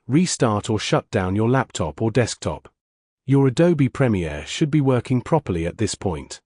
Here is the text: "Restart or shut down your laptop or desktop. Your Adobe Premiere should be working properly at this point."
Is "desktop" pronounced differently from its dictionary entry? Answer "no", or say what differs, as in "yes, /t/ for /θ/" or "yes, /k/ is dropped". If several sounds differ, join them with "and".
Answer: no